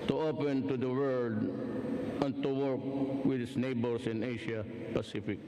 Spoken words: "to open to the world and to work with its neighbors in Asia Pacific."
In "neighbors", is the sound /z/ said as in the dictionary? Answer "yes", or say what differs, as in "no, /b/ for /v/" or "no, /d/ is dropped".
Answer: no, /s/ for /z/